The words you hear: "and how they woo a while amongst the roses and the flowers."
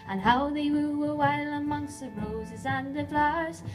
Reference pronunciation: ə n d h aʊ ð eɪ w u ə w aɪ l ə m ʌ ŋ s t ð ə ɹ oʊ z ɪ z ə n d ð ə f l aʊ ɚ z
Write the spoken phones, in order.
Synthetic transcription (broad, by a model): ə n h aʊ ð eɪ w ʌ ə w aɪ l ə m ʌ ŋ s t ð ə ɹ oʊ z ɪ z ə n ð ə f l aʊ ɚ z